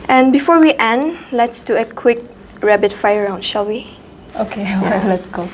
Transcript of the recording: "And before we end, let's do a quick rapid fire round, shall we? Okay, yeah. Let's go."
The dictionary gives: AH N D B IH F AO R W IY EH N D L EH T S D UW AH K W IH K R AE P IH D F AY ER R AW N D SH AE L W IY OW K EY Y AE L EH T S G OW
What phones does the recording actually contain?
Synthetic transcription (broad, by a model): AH N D B IH F AO R W IY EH N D L EH T S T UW AH K W IH K R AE B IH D F AY ER R AW N D SH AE L W IY OW K EY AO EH L EH T S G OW